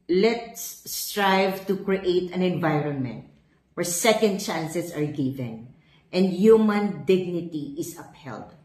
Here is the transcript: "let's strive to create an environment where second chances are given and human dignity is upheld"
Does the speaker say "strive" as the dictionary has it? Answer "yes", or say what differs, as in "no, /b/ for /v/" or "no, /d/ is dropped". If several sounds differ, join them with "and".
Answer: yes